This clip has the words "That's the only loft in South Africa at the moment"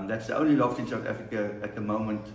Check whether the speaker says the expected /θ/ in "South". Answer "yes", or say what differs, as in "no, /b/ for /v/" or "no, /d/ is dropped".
no, /t/ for /θ/